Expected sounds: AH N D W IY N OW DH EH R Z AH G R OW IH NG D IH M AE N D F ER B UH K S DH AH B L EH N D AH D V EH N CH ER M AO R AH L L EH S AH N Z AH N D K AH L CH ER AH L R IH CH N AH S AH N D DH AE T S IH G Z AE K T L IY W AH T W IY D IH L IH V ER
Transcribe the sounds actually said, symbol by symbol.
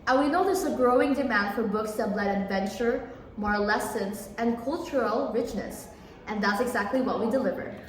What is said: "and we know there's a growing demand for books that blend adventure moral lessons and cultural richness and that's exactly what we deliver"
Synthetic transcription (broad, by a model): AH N W IY N OW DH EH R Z AH G R OW IH NG D IH M AE N D F ER B UH K S DH AH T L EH D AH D V EH N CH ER M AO R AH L L EH S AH N S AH N K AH L CH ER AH L R IH CH N AH S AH N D DH AE T S IH G Z AE K T L IY W AH T W IY D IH L IH V ER